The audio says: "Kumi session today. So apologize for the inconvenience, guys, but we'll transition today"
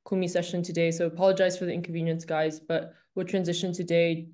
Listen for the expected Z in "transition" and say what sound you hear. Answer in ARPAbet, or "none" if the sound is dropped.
Z